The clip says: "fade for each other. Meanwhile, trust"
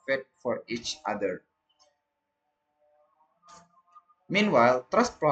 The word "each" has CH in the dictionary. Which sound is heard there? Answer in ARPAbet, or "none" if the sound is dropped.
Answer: CH